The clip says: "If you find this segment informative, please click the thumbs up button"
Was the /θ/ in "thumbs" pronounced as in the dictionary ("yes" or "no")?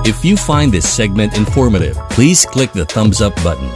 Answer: yes